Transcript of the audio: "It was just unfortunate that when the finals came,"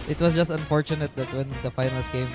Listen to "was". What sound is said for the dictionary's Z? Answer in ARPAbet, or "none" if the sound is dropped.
S